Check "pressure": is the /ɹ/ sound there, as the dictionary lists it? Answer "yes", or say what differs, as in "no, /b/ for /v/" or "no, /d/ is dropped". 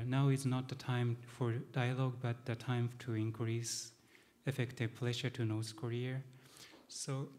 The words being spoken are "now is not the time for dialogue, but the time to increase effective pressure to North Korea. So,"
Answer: no, /l/ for /ɹ/